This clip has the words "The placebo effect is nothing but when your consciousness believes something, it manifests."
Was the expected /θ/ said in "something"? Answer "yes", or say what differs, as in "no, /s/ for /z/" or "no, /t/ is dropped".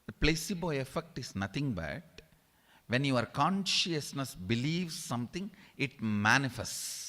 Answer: no, /t/ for /θ/